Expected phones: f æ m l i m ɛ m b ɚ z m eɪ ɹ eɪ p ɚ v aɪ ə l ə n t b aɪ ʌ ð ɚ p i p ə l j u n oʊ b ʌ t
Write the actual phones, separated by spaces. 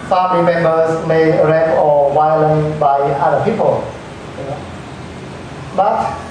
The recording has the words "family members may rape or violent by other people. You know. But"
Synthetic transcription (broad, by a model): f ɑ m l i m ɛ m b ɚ s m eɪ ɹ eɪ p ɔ w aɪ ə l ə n b aɪ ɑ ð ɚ p i p ə l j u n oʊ b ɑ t